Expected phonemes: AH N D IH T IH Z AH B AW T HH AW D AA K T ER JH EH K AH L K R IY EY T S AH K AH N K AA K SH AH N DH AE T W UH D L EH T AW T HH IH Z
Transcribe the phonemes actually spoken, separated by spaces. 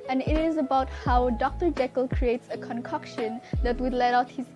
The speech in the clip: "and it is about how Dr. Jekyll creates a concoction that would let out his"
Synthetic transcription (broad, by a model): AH N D IH T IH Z AH B AW T HH AW D AA K T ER JH EH K AH L K R IY EY T S AH K AH N K AA K SH AH N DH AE T W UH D L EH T AW T HH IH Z